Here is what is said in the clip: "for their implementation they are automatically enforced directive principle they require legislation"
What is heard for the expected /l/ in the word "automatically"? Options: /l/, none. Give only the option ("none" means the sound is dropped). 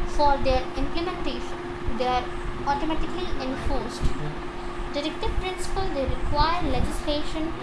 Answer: /l/